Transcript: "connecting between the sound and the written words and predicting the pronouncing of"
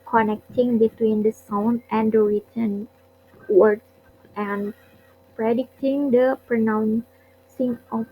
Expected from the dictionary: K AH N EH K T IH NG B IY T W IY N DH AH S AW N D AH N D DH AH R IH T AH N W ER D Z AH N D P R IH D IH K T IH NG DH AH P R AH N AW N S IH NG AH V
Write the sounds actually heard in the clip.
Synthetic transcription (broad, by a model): K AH N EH K T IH NG B IY T W IY N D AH S AW N D AH N D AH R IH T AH N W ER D AH N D P R IH D IH K T IH NG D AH P R AH N AW N S IH NG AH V